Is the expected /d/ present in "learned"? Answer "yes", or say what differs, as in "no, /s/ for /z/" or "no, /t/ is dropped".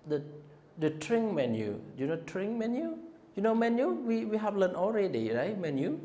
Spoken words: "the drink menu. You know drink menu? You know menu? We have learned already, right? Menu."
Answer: no, /d/ is dropped